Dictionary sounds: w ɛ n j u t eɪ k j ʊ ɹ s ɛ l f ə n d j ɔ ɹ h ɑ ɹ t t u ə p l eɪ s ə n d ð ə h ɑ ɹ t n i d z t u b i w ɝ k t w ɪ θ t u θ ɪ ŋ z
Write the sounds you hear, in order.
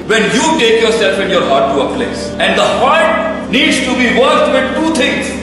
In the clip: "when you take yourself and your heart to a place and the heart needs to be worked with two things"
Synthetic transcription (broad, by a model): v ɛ n j u t eɪ k j ʊ ɹ s ɛ l f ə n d j ɔ ɹ h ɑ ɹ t t u ə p l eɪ s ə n d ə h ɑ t n i d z t u b i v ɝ t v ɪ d t u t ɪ ŋ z